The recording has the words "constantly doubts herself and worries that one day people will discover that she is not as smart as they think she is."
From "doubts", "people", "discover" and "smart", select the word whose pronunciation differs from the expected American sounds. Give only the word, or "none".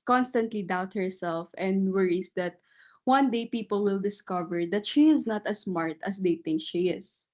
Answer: doubts